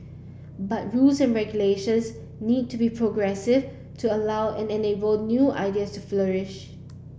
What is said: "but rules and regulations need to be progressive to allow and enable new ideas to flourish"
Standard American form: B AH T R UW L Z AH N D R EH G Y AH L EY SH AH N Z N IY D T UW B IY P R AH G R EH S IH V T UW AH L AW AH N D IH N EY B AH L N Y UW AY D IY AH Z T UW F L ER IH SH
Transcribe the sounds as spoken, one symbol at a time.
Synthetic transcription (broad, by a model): B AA T R UW L S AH N R EH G Y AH L EY SH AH N S N IY D T UW B IY P R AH G R EH S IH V T UW AH L AW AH N IH N EY B AH L N Y UW AY D IY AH S T UW F L ER IH SH